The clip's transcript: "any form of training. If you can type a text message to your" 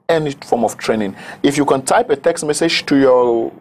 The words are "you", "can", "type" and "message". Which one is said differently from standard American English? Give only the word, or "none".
none